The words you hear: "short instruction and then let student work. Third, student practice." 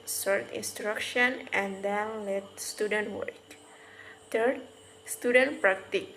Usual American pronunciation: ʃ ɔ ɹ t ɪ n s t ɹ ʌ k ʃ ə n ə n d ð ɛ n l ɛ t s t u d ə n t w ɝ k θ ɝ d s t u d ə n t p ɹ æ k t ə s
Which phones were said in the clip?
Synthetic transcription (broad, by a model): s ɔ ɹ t ɪ n s t ɹ ʌ k ʃ ə n ə n d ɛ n l ɛ t s t u d ə n t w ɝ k t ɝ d s t u d ə n t p ɹ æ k t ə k